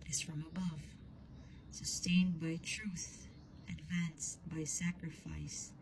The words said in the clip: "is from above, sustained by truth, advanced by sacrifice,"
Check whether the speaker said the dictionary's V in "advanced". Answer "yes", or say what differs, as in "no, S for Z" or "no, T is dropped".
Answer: yes